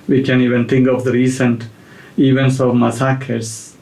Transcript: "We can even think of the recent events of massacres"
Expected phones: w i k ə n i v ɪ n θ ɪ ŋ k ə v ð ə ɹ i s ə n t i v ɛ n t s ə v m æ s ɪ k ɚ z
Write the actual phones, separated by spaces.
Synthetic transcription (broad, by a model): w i k ə n i v ɪ n t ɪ ŋ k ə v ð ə ɹ i s ə n t i v ɛ n t s ə v m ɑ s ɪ k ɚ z